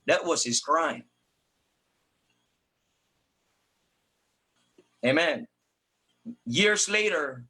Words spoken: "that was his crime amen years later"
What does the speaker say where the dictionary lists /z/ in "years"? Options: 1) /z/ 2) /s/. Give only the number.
1